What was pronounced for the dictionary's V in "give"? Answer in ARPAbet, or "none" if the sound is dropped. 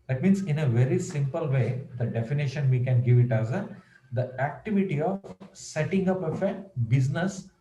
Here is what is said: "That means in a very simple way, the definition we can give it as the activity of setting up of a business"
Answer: V